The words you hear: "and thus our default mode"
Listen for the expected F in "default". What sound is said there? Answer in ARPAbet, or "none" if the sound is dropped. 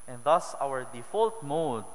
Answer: F